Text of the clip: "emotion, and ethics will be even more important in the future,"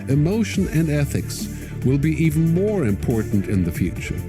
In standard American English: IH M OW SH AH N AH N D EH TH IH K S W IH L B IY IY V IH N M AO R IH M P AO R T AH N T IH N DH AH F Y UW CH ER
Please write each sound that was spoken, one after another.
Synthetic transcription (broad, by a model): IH M OW SH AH N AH N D EH TH IH K S W IH L B IY IY V N M AO R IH M P AO R T N T IH N DH AH F Y UW CH ER